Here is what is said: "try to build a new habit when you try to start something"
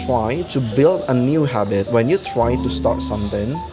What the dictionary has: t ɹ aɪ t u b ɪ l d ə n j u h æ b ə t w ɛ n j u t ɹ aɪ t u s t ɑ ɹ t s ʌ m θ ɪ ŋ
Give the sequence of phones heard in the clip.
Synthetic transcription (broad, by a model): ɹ aɪ t u b ɪ l d ə n j u h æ b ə t w ɛ n j u t ɹ aɪ t u s t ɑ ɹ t s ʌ m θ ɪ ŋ